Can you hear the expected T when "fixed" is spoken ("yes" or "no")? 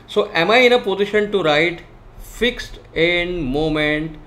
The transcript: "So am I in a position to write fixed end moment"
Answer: yes